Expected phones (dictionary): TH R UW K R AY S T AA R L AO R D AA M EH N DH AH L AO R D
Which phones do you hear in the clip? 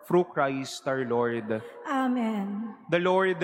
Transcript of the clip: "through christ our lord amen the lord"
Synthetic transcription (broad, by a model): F R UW K R AY S T AA R L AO R D AA M EH N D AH L AO R D